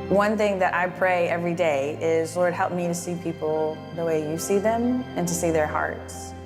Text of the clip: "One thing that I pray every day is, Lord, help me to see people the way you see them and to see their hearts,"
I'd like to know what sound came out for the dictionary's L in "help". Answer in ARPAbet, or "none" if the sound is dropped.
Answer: L